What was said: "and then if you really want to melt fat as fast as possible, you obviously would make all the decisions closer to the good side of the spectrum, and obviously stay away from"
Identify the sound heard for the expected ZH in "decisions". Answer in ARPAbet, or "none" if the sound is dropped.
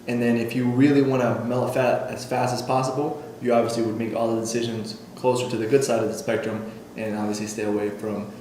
ZH